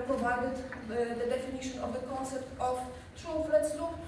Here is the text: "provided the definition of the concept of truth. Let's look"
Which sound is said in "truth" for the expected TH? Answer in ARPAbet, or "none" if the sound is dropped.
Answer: F